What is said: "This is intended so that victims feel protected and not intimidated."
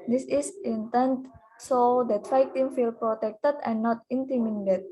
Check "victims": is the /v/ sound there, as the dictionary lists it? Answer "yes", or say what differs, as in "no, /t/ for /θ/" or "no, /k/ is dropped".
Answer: no, /f/ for /v/